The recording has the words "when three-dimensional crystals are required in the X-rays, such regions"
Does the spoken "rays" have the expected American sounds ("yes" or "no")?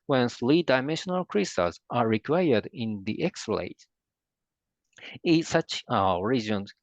no